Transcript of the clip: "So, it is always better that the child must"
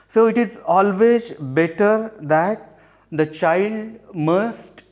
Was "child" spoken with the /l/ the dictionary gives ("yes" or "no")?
yes